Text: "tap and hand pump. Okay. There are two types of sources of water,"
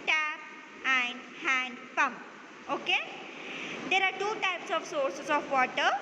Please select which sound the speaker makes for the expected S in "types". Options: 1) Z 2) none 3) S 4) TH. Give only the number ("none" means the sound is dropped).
3